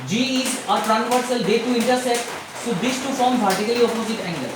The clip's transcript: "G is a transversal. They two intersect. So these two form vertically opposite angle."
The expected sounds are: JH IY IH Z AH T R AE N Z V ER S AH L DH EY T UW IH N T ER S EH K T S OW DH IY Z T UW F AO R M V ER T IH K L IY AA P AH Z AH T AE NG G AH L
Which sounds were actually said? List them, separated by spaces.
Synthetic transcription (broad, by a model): JH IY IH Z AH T R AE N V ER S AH L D EY T UW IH N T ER S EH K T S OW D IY S T UW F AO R M P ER T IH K L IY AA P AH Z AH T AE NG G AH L